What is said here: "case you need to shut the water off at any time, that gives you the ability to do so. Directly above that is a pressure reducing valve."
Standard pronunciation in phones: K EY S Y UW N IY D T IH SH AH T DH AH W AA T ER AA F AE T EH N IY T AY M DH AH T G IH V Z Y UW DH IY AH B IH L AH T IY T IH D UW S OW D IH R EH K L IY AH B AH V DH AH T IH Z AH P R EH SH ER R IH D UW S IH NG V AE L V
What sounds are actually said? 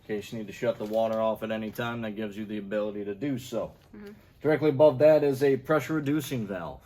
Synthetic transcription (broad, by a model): K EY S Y N IY D T IH SH AH T DH AH W AA T ER AA F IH T EH N IY T AY M DH AH T G IH V Z Y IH DH IY AH B IH L AH T IY T IH D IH S OW D IH R EH K L IY AH B AH V DH AH T IH Z AH P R EH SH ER R IH D UW S IH NG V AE L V